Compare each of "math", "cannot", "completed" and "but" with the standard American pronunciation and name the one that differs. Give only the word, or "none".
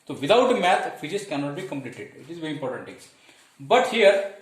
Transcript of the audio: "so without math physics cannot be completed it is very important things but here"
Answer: math